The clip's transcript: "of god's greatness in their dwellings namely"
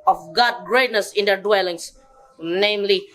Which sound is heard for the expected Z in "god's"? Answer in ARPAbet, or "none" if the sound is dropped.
none